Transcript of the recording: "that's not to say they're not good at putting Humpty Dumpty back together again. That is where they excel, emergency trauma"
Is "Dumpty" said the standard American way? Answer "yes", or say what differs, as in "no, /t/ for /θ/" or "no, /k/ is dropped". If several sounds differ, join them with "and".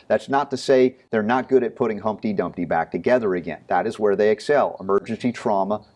yes